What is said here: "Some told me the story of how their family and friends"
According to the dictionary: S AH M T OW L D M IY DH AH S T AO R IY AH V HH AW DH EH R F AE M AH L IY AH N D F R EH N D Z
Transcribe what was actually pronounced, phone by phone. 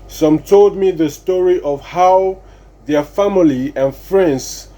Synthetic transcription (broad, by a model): S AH M T OW L D M IY DH AH S T AO R IY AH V HH AW DH EH R F AE M AH L IY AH N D F R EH N D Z